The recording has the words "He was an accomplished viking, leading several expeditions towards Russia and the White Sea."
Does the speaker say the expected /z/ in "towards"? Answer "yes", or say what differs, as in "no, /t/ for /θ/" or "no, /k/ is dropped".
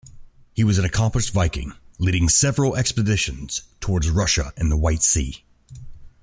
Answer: yes